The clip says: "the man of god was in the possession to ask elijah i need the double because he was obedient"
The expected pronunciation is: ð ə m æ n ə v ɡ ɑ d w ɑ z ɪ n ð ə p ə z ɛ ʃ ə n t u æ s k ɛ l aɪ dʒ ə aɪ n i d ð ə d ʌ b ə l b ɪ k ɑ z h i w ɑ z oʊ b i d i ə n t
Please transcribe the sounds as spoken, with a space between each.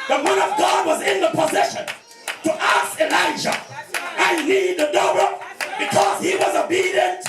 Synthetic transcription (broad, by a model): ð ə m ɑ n ə v ɡ ɑ d w ɑ z ɪ n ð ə p ə z ɛ ʃ ə n t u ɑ s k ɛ l aɪ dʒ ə aɪ n i d ð ə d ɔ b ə b ɪ k ɑ z h i w ɑ z oʊ b i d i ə n t